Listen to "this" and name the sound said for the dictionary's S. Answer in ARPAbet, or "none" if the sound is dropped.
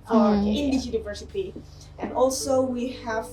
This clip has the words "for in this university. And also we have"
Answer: none